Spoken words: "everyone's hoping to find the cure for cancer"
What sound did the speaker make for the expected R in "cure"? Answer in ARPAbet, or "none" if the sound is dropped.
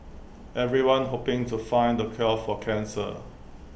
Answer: L